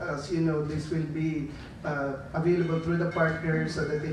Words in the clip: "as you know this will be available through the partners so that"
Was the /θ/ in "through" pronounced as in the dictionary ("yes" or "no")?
no